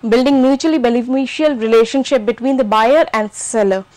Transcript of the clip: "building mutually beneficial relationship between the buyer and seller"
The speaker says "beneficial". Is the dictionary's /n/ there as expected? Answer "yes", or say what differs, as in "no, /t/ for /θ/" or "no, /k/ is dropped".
no, /l/ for /n/